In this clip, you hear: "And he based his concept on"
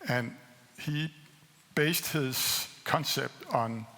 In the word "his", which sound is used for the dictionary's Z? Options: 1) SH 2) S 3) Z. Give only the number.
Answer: 2